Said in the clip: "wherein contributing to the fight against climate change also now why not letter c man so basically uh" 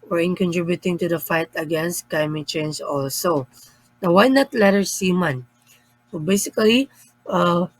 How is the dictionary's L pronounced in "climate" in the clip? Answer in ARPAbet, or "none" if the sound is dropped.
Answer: none